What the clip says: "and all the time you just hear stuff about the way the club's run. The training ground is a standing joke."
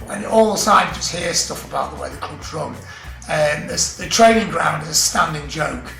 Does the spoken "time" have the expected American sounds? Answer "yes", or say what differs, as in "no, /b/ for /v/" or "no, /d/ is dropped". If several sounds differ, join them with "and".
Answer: no, /s/ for /t/